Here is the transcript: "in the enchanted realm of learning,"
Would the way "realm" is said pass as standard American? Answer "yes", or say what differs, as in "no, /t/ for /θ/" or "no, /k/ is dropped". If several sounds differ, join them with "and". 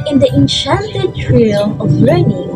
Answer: no, /m/ is dropped